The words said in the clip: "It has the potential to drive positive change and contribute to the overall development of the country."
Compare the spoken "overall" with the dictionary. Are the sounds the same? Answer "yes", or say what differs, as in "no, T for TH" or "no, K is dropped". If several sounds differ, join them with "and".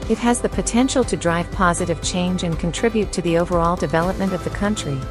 yes